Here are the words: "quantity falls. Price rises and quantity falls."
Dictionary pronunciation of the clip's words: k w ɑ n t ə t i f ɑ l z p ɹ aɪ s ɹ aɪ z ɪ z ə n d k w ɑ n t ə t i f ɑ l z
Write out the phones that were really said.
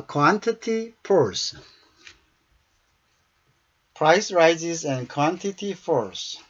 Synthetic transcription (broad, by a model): k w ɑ n t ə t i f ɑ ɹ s p ɹ aɪ s ɹ aɪ z ɪ z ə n k w ɑ n t ə t i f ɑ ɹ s